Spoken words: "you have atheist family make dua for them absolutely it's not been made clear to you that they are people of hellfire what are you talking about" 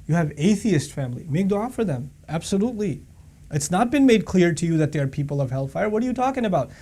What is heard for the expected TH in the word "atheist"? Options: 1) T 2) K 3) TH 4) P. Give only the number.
3